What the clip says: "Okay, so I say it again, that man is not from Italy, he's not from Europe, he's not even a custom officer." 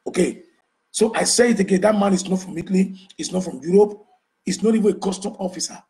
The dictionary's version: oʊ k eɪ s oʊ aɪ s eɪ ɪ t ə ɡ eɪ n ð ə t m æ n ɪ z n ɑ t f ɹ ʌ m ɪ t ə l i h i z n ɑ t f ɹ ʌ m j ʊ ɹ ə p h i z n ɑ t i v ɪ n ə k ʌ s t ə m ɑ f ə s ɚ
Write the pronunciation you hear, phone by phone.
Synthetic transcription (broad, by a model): oʊ k eɪ s oʊ aɪ s eɪ ɪ t ə ɡ eɪ n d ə t m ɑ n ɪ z n ɑ t f ɹ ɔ m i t l i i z n ɑ t f ɹ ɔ m j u ɹ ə p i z n ɑ t i v ɪ n ə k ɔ s t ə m ɑ f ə s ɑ